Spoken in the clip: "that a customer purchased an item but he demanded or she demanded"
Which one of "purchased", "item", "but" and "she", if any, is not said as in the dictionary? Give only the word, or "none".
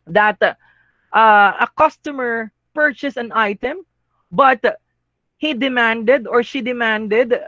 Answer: purchased